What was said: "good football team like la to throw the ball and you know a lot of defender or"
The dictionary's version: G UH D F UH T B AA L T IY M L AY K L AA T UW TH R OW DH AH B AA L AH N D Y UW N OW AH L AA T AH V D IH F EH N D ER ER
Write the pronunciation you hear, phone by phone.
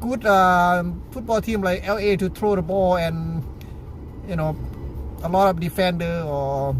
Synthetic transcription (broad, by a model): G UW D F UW T B AA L T IY M L AY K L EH T UW T R OW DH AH B AA L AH N Y UW N OW AH L AA T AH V D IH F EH N D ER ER